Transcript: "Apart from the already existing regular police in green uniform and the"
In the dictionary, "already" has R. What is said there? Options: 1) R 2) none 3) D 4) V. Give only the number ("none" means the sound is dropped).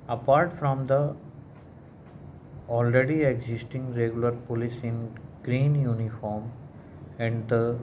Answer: 1